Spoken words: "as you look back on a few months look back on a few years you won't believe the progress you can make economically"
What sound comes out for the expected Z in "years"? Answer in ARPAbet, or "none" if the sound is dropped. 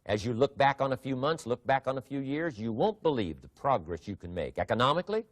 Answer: Z